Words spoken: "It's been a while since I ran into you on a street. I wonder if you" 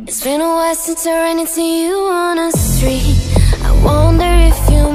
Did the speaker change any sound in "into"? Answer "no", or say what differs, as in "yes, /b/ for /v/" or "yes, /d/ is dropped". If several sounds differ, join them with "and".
yes, /n/ is dropped